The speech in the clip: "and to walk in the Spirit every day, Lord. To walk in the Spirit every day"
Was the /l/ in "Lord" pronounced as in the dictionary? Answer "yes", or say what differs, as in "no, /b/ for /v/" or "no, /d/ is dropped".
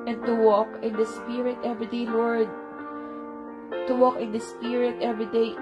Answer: no, /w/ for /l/